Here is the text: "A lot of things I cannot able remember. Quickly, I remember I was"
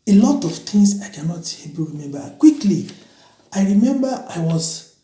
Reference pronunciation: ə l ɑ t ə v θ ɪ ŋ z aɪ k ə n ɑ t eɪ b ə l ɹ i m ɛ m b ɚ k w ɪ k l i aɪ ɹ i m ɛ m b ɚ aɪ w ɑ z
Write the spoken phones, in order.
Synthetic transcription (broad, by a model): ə l ɑ t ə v t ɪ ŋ s aɪ k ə n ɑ t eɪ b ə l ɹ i m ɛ m b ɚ k w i k l i aɪ ɹ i m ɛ m b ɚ aɪ w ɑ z